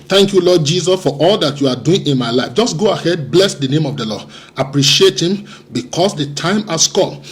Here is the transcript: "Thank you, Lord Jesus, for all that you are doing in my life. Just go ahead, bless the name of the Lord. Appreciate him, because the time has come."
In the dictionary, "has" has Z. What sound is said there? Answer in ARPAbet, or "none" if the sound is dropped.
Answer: S